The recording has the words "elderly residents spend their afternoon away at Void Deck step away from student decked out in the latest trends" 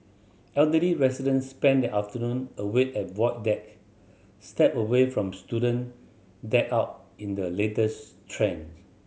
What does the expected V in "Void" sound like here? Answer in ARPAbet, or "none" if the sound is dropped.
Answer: W